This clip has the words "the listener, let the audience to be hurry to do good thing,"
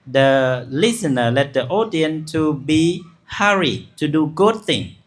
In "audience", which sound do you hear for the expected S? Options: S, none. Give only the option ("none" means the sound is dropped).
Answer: none